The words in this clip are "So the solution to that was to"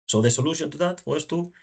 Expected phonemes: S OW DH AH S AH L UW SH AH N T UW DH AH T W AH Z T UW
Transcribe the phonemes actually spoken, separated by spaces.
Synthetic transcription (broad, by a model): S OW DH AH S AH L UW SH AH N T UW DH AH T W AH S T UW